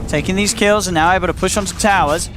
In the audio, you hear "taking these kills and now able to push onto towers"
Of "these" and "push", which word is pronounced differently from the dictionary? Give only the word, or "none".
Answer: none